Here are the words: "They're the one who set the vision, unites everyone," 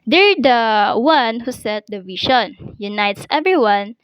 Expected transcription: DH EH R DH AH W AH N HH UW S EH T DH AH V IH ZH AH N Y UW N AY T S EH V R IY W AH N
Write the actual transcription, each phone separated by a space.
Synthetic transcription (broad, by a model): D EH R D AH W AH N HH UW S EH T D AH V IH SH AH N Y UW N AY T S EH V R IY W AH N